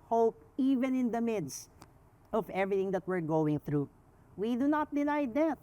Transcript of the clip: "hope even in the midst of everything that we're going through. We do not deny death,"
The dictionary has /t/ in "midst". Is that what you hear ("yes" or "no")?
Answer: yes